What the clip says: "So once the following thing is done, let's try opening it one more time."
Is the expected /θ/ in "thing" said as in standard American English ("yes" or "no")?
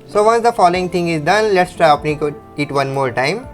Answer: no